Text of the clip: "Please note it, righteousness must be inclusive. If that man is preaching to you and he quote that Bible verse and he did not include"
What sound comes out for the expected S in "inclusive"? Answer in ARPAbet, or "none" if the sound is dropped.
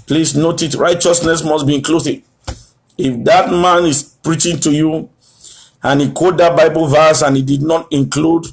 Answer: TH